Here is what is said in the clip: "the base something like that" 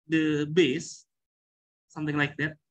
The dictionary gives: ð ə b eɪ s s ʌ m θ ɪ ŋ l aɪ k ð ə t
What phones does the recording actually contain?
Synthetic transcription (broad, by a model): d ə b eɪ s s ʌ m t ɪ ŋ l aɪ k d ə t